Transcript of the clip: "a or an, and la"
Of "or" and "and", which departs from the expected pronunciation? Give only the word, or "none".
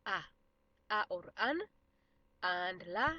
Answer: none